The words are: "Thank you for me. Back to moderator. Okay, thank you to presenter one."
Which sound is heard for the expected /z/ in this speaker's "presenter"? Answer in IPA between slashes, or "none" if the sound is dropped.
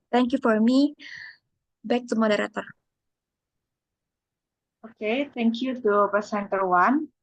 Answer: /s/